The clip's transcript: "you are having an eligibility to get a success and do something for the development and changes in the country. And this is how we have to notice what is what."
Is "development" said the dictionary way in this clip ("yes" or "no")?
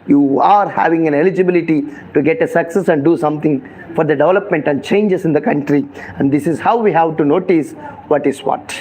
yes